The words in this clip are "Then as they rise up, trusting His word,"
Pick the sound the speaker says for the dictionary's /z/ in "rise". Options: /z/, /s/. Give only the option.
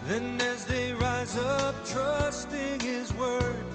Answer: /z/